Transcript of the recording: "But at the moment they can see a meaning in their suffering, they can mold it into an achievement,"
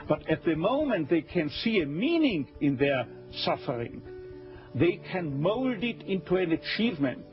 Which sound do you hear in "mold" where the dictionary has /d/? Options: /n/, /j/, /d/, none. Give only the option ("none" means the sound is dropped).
/d/